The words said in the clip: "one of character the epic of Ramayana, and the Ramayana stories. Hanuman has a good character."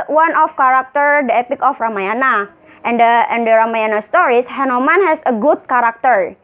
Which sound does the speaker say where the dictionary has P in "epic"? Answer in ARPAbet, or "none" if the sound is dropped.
P